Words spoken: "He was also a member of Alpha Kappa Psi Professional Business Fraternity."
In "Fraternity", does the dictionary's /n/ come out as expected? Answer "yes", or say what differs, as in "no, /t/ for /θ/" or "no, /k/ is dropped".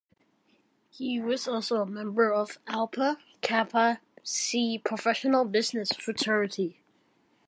no, /n/ is dropped